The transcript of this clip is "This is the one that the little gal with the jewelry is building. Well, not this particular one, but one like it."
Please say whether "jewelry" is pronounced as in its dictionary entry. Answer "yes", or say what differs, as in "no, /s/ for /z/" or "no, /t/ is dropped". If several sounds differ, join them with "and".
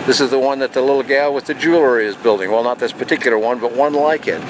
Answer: yes